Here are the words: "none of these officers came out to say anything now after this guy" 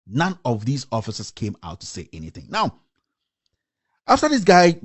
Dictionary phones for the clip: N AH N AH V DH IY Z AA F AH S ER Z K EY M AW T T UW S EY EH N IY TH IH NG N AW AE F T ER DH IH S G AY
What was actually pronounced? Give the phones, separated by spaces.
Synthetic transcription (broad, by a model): N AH N AH V DH IY Z AA F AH S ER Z K EY M AW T T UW S EY EH N IY TH IH NG N AW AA F T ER DH IH S G AY